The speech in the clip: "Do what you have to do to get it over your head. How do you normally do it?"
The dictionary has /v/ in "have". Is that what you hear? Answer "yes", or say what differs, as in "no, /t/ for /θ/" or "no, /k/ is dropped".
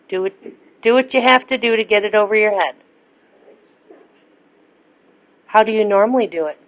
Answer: no, /f/ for /v/